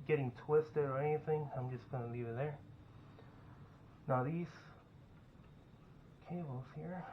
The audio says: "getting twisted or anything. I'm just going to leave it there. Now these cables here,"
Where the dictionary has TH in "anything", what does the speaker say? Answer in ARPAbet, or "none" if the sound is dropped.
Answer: TH